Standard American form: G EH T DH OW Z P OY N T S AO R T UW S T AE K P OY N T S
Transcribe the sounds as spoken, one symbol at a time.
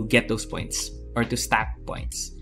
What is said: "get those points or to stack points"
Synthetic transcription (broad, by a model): G EH T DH OW S P OY N T S AO R T UW S T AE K P OY N T S